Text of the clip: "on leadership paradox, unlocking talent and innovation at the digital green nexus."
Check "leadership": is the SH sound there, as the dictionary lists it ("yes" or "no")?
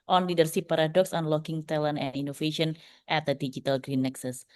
no